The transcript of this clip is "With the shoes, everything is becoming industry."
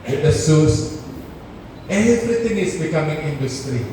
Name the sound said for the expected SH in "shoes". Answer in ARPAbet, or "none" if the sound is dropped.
S